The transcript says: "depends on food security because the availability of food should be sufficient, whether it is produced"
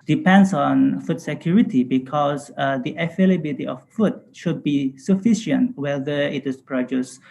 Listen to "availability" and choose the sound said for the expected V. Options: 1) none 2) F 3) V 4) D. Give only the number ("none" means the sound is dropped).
2